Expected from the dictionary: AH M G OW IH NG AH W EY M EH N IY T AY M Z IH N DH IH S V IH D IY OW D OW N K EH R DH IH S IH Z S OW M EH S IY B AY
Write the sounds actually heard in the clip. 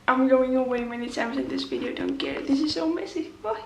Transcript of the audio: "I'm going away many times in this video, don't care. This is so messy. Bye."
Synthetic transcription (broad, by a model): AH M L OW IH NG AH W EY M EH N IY S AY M S IH N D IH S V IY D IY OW D OW N K EH R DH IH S IH Z S OW M EH S IY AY